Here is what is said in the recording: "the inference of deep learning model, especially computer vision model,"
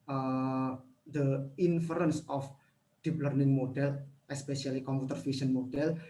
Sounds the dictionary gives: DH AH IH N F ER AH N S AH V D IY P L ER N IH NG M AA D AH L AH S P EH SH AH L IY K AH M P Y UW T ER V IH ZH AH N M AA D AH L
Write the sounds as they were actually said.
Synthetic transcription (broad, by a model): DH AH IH N F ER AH N S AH F D IY P L ER N IH NG M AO D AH L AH S P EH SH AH L IY K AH M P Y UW T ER F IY S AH N M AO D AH L